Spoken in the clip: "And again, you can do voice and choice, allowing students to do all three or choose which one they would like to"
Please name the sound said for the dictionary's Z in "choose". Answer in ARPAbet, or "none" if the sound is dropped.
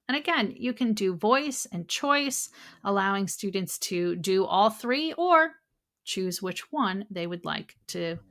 Z